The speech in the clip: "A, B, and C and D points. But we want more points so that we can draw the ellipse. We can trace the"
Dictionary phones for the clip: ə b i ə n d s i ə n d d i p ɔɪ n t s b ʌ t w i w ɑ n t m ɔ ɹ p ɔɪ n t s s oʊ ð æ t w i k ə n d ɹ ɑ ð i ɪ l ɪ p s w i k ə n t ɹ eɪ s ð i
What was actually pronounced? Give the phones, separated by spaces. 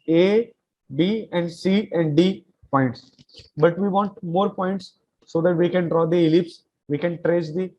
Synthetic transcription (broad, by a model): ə b i ə n d s i ə n d d i p ɔɪ n t s b ʌ t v i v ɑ n t m ɔ ɹ p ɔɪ n t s s oʊ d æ t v i k ə n d ɹ ɑ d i ɪ l ɪ p s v i k ə n t ɹ eɪ s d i